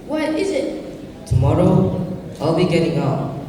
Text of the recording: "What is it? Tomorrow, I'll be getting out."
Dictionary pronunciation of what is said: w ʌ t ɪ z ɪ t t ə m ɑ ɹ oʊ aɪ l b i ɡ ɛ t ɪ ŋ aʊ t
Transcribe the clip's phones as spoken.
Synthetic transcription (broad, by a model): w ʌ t ɪ z ɪ t t ə m ɑ ɹ oʊ aɪ l b i ɡ ɛ t ɪ ŋ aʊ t